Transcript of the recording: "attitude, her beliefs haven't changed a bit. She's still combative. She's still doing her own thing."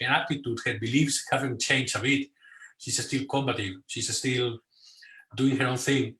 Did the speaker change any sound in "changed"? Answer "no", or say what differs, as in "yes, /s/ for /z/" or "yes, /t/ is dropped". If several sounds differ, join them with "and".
yes, /d/ is dropped